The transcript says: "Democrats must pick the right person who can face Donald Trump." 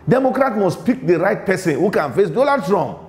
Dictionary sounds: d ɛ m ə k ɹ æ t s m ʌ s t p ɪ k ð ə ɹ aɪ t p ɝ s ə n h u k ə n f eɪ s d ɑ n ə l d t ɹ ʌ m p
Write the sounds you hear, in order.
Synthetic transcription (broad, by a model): d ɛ m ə k ɹ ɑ t m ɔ s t p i k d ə ɹ aɪ t p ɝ s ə n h u k ə n f eɪ s d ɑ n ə d t ɹ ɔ m p